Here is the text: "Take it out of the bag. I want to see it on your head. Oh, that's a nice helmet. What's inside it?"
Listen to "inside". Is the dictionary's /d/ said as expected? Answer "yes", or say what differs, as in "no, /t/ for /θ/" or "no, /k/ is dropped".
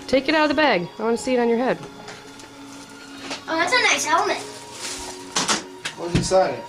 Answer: no, /d/ is dropped